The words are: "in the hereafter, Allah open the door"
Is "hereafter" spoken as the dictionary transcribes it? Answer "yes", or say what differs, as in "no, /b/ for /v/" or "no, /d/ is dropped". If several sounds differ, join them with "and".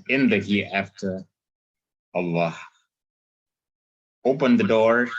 no, /ɹ/ is dropped